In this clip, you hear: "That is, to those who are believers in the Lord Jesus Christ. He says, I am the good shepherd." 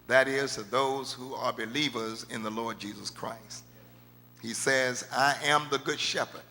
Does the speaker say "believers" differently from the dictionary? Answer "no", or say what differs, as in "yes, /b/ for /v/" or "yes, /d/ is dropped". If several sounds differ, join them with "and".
no